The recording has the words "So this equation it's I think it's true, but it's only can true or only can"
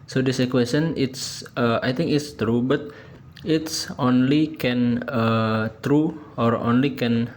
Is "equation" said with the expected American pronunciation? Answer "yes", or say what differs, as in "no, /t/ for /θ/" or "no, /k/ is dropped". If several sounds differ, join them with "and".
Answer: no, /s/ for /ʒ/